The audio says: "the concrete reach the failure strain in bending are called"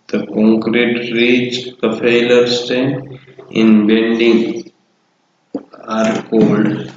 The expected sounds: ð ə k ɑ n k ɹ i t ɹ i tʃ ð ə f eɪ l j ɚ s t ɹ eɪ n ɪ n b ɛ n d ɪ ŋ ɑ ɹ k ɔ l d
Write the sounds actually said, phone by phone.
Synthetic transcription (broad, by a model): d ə k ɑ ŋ k ɹ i t ɹ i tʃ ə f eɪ l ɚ s t eɪ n ɪ n b ɛ n d ɪ ŋ ɑ ɹ k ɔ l d